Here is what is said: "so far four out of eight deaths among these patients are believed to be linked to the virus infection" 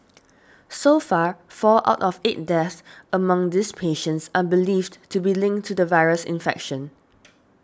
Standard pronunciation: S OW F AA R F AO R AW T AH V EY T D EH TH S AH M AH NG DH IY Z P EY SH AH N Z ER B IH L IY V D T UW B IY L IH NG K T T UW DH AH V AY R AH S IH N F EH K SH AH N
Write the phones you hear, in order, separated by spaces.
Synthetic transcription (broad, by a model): S OW F AA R F AO L AW T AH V EY T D EH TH AH M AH NG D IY S P EY SH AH N S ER B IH L IY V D T UW B IY L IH NG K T T UW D AH V AY R AH S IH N F EH K SH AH N